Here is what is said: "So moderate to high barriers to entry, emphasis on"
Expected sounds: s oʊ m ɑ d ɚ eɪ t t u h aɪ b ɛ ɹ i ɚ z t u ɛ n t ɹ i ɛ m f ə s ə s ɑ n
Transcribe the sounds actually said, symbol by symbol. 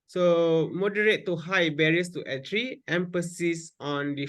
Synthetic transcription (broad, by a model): s oʊ m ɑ d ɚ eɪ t t u h aɪ b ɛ ɹ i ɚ s t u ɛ t ɹ i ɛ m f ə s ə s ɑ n